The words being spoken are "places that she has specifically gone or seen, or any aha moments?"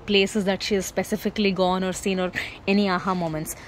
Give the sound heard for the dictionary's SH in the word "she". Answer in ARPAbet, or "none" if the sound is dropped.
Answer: SH